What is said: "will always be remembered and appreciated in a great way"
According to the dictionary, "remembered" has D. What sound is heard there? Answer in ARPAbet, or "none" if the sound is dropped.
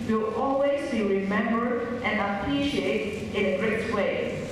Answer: none